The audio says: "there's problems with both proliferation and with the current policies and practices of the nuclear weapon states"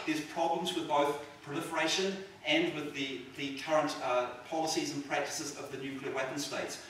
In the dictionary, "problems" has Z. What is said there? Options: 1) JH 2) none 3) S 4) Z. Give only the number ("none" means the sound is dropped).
4